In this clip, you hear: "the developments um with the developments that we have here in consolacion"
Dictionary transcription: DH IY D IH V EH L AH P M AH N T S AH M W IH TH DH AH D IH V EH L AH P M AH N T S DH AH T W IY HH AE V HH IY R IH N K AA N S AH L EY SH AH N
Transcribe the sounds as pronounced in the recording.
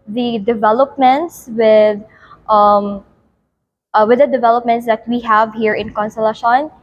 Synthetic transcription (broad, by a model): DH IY D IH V EH L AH P M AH N T S AH M W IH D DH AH D IH V EH L AH P M AH N T S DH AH T W IY HH AE V HH IY R IH N K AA N S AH L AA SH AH N